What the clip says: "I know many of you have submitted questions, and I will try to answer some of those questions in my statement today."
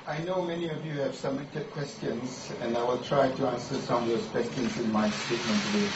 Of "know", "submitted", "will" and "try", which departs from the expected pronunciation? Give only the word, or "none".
submitted